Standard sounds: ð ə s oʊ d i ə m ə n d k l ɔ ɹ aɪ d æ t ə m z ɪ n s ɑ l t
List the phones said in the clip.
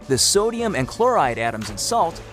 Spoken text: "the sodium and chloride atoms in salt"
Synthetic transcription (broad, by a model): ð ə s oʊ d i ə m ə n k l ɔ ɹ aɪ d æ t ə m z ɪ n s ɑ l t